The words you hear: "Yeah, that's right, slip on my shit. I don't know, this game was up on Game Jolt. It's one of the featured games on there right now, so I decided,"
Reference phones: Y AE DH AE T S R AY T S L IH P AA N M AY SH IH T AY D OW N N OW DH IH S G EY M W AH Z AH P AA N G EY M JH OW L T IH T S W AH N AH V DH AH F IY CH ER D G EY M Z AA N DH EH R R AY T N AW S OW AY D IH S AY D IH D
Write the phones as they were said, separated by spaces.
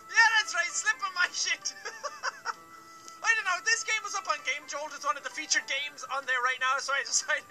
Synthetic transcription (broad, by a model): Y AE DH AE T S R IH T S L IH P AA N M AY SH IH T AY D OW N N OW DH IH S G EY M W AH Z AH P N G EY M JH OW L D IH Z W AH N AH V DH AH F IY CH ER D G EY M Z N DH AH R R AY T N AW S OW AY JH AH S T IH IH